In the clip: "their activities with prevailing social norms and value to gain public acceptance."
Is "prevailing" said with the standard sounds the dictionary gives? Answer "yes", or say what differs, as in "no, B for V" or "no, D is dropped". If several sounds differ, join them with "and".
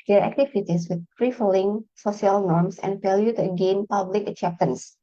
no, F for V